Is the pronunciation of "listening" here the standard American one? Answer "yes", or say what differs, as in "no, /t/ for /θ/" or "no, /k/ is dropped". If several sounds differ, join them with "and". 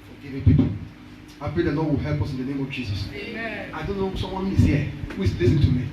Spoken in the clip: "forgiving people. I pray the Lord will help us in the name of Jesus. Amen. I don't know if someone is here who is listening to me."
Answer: no, /n/ is dropped